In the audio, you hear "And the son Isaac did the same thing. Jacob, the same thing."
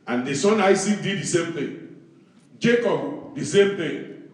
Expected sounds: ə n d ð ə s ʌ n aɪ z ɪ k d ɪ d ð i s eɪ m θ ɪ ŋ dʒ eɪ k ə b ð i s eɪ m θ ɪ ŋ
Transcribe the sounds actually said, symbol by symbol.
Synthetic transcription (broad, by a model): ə n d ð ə s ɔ n aɪ s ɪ d ɪ d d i s eɪ m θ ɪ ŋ dʒ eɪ k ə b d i s eɪ m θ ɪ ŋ